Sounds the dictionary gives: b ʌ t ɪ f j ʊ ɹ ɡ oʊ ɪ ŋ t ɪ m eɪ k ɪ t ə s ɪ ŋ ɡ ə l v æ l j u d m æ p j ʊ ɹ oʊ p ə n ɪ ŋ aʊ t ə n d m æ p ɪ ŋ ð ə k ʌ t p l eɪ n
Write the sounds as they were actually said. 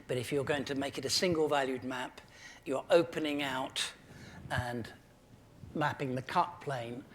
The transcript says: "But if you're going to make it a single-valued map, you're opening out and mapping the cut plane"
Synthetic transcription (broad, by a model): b ʌ t ɪ f j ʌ ɹ ɡ oʊ ɪ ŋ t ɪ m eɪ k ɪ t ə s ɪ ŋ ɡ ə l v æ l j u d m æ p j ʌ ɹ oʊ p ə n ɪ ŋ aʊ t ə n m æ p ɪ ŋ ð ə k ʌ t p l eɪ n